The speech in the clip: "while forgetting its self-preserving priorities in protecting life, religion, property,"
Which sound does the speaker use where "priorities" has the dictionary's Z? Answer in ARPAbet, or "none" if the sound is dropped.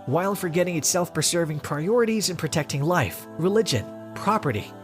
Z